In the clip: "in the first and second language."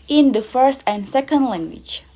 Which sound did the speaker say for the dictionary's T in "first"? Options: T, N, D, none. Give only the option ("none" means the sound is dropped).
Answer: T